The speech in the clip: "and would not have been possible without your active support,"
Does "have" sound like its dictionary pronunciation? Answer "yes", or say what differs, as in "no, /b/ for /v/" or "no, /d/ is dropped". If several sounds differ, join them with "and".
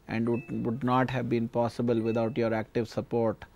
yes